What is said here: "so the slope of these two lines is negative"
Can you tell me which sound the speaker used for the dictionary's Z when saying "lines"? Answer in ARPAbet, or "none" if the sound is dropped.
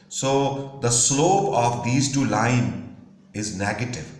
none